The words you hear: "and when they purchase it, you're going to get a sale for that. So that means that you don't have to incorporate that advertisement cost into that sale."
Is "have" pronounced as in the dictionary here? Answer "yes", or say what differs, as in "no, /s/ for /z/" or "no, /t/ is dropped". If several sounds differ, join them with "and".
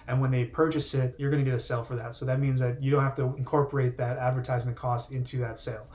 no, /f/ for /v/